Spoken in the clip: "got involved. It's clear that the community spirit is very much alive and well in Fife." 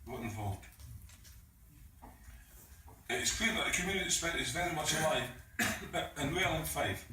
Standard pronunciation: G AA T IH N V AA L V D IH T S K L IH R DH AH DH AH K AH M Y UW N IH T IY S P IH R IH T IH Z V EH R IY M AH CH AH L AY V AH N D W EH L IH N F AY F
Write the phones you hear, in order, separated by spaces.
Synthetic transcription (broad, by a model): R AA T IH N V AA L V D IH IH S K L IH DH AH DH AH K AH M Y UW N IH T IY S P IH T IH Z V EH R IY M AH CH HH AY AH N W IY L IH N F AY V